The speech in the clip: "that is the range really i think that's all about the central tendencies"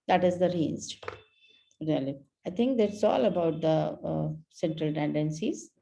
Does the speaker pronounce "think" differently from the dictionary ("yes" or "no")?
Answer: yes